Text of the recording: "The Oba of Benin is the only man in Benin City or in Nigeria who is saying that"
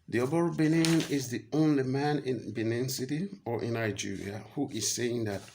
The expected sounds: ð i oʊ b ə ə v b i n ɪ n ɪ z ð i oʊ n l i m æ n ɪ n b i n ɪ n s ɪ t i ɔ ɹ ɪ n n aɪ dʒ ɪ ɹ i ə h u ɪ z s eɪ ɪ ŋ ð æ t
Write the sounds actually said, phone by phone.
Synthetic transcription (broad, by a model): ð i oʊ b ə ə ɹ b i n ɪ n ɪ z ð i oʊ n l i m æ n ɪ n b i n ɪ n s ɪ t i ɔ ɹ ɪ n n aɪ dʒ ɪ ɹ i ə h u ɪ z s eɪ ɪ ŋ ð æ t